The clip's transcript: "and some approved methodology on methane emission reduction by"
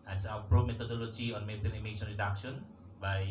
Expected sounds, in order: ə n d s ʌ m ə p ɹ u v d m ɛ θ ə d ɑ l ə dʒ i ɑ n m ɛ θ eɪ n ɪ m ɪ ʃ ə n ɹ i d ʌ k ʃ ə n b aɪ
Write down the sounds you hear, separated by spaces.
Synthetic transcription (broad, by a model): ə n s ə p ɹ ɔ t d m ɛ t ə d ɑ l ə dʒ i ɑ n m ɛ t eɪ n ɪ m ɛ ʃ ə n ɹ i d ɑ k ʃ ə n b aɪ